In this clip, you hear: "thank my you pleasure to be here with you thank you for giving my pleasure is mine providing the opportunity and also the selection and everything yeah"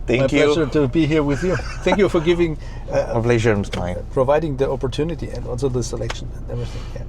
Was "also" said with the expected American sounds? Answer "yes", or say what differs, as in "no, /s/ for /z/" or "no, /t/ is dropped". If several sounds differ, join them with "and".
no, /n/ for /l/